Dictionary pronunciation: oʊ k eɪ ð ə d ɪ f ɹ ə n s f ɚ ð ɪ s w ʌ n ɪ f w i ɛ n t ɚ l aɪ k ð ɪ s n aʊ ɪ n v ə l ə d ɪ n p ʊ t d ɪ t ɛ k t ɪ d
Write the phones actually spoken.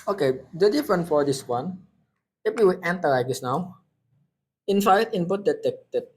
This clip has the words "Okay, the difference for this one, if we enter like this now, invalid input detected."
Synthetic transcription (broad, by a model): oʊ k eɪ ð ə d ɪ f ɹ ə n f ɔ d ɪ s w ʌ n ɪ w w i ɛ n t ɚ l aɪ k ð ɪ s n aʊ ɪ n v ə ə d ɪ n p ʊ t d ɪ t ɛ k t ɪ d